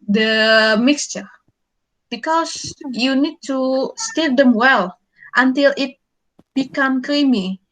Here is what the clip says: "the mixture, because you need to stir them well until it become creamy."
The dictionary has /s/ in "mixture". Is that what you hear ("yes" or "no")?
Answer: yes